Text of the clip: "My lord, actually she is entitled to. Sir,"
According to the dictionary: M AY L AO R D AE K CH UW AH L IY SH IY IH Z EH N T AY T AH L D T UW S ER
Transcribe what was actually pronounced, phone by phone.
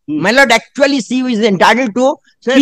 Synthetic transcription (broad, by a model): M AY L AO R D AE K CH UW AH L IY S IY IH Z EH N T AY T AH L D T UW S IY